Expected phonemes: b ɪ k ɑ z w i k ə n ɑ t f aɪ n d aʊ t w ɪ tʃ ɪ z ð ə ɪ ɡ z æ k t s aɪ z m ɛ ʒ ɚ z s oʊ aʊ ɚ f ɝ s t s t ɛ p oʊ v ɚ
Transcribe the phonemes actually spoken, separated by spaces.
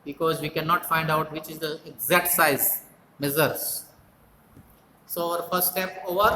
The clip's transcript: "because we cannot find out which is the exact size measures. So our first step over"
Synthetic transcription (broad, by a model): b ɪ k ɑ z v i k ə n ɑ t f aɪ n d aʊ t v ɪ tʃ ɪ z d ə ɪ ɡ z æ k t s aɪ z m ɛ z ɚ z s oʊ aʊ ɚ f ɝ s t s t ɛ p oʊ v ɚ